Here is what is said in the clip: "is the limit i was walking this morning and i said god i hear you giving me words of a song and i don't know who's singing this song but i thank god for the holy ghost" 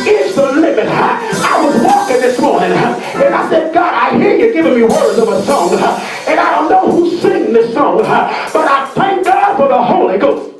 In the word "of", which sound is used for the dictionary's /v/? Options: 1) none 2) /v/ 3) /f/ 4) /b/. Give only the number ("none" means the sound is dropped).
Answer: 2